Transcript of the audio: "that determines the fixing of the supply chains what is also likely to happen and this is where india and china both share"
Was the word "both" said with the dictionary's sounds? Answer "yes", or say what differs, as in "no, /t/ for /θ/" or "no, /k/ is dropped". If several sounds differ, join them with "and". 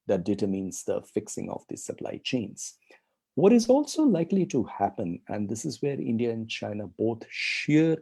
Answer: no, /t/ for /θ/